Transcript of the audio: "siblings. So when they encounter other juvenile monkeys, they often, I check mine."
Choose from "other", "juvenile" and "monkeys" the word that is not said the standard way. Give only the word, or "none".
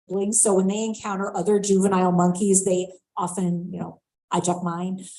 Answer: none